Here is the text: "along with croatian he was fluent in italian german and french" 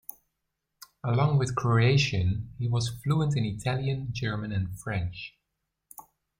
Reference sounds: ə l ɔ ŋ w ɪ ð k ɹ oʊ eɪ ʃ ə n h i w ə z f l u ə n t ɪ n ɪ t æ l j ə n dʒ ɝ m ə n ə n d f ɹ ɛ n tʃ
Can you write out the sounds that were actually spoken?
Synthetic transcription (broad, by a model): ə l ɔ ŋ w ɪ ð k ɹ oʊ eɪ ʃ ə n h i w ə z f l u ə n t ɪ n ɪ t æ l j ə n dʒ ɝ m ə n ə n f ɹ ɛ n tʃ